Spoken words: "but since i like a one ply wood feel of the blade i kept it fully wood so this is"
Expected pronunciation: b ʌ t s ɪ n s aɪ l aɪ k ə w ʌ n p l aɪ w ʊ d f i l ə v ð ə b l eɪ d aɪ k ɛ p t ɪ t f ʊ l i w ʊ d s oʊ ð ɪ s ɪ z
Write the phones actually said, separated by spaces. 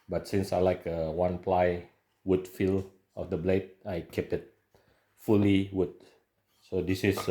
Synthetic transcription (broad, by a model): b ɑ t s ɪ n s aɪ l aɪ k ə w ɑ n p l aɪ w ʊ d f i l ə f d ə b l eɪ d aɪ k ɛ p ɪ t f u l i w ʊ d s oʊ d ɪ s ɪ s